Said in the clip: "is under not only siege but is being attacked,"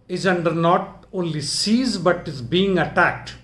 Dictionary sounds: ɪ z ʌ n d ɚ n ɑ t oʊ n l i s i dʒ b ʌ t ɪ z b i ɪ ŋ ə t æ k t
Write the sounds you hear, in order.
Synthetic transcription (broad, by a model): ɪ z ʌ n d ɚ n ɑ t oʊ n l i s i z b ʌ t ɪ z b i ɪ ŋ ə t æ k t